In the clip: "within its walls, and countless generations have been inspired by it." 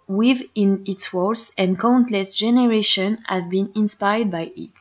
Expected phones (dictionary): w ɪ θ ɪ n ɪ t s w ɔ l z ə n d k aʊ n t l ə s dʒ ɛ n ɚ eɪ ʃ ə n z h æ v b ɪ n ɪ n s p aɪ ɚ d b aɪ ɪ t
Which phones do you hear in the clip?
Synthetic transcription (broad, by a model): w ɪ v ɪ n ɪ t s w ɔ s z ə n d k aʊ n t l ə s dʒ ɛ n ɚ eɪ ʃ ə n h æ v b ɪ n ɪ n s p aɪ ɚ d b aɪ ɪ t